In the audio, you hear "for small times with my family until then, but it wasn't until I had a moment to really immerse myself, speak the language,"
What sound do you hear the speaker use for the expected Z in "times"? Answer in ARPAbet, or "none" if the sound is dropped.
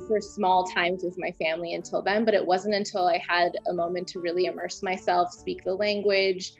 Z